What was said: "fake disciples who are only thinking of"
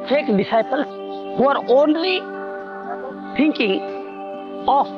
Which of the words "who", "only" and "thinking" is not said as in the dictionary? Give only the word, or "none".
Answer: thinking